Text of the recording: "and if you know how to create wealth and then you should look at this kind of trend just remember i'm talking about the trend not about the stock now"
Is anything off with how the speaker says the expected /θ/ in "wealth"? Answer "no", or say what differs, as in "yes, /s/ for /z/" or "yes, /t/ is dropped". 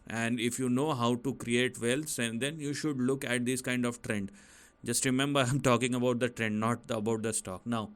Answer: yes, /s/ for /θ/